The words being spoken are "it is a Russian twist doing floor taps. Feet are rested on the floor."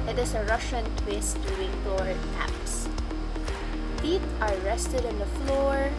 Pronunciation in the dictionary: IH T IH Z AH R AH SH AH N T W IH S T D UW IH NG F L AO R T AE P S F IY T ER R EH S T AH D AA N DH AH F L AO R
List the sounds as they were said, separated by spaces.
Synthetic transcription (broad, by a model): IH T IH S AH R AH SH AH N T W IH S T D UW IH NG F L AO R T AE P S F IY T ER R EH S T AH D AA N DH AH F L AO R